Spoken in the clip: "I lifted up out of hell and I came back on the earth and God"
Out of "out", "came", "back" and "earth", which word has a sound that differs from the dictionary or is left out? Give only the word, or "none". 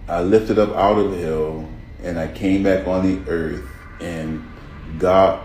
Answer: none